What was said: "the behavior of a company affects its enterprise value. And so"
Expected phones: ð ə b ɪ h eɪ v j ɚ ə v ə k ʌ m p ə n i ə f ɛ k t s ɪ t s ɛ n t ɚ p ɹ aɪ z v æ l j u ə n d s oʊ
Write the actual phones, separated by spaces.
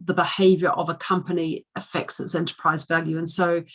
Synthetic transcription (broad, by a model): ð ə b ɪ h eɪ v j ɚ ə v ə k ʌ m p ə n i ə f ɛ k t s ɪ t s ɛ n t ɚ p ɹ aɪ z v æ l j u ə n s oʊ